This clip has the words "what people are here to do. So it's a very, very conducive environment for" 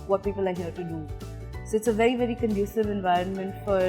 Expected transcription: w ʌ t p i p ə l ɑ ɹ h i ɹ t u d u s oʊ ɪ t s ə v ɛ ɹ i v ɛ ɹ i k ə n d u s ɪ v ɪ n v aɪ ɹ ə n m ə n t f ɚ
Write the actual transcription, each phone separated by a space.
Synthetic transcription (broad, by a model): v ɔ t p i p ə l ɑ ɹ h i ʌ t u d u s oʊ ɪ t s ə v ɛ ɹ i v ɛ ɹ i k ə n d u s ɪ v ɪ n v aɪ ɹ ə n m ə n t f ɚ